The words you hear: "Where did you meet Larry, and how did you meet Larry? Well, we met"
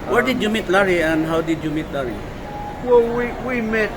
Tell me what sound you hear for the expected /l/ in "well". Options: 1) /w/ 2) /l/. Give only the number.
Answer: 1